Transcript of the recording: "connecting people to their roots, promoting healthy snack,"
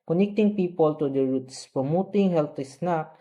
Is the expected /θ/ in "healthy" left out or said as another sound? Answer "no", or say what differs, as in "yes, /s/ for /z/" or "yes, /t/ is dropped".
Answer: yes, /t/ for /θ/